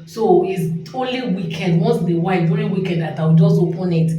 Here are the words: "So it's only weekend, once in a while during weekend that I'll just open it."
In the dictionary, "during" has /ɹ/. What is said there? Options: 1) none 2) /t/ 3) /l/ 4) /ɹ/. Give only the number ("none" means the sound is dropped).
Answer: 3